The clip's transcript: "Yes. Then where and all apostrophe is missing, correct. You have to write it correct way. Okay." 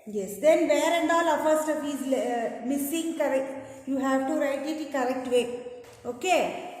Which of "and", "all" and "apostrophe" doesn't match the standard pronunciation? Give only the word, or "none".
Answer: apostrophe